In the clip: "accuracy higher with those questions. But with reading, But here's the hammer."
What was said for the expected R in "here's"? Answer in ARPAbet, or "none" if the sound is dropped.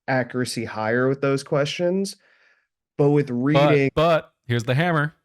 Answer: R